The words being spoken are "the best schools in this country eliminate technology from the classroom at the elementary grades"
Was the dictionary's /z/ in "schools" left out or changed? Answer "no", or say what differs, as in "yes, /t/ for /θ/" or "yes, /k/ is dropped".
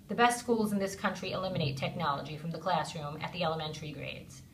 no